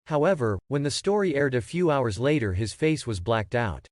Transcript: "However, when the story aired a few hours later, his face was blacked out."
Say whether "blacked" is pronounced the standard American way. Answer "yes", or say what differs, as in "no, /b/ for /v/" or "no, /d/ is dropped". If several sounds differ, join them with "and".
yes